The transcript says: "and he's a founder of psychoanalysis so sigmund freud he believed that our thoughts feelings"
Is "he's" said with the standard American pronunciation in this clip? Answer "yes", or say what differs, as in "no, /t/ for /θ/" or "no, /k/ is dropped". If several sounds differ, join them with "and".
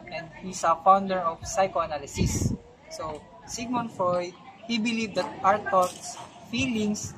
no, /s/ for /z/